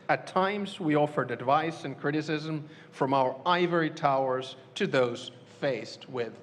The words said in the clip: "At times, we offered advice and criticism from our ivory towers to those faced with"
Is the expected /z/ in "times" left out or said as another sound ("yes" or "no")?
no